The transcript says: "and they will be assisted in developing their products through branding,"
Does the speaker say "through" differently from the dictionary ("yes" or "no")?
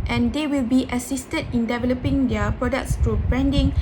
yes